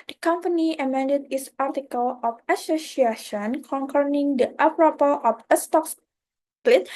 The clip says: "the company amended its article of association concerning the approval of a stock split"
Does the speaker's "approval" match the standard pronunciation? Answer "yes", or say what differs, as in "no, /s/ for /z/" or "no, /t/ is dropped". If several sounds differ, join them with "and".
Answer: no, /p/ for /v/